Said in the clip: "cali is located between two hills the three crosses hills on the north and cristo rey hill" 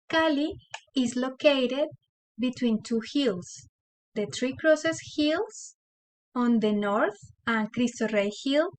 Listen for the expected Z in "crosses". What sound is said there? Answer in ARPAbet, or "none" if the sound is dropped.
S